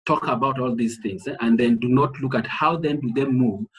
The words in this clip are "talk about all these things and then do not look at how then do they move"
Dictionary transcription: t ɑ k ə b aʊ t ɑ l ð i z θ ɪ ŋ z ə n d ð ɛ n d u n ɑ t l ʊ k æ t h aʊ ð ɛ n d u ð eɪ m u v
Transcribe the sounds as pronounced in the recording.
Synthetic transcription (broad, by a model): t ɑ k ə b aʊ t ɑ l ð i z θ ɪ ŋ z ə n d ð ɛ n d u n ɑ t l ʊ k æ t h aʊ ð ɛ n d u ð eɪ m u v